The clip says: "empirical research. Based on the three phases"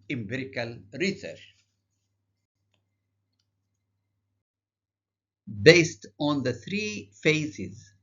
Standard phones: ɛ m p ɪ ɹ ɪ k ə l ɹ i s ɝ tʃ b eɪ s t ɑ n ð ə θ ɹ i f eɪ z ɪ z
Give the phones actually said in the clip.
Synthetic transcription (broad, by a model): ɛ m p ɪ ɹ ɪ k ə l ɹ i s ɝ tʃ b eɪ s t ɑ n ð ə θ ɹ i f eɪ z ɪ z